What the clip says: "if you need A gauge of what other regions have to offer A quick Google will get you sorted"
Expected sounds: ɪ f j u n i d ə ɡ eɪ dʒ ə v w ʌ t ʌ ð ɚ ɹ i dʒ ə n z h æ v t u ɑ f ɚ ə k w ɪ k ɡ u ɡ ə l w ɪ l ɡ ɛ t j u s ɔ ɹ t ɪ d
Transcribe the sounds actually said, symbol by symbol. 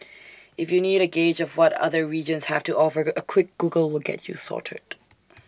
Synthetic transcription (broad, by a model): ɪ f j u n i d ə ɡ eɪ dʒ ə v w ʌ t ʌ ð ɚ ɹ i dʒ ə n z h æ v t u ɑ f ɚ ə k w ɪ k ɡ u ɡ ə l w ɪ l ɡ ɛ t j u s ɔ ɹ t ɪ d